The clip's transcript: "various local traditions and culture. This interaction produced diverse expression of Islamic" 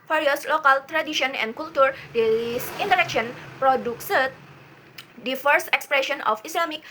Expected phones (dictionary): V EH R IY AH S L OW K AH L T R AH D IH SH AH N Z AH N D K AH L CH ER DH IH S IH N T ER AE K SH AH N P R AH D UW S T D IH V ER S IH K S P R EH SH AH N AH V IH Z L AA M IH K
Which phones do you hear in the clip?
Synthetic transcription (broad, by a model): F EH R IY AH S L OW K AH L T R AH D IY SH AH N AH N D K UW L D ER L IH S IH N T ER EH K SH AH N P R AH D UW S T D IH F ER S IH K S P R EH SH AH N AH F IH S L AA M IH K